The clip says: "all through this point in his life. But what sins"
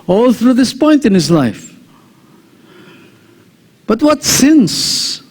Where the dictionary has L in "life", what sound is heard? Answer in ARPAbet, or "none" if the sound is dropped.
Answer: L